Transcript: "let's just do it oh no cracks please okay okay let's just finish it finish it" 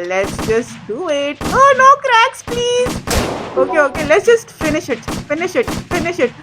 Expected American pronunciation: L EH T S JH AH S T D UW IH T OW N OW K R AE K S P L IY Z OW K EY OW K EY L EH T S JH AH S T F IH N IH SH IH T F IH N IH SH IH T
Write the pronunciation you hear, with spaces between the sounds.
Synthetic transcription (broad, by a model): L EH T S JH AH S T D UW IH T OW N OW K R AE K S P L IY Z OW K EY OW K EY L EH T S JH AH S T F IH N IH SH IH T F IH N IH SH IH T